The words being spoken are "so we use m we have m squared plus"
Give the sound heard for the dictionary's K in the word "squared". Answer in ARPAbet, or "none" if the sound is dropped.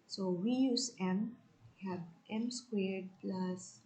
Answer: K